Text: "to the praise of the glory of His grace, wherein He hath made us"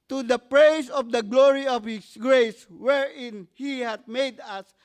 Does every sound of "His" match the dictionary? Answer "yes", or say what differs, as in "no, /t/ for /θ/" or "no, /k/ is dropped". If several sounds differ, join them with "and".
no, /s/ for /z/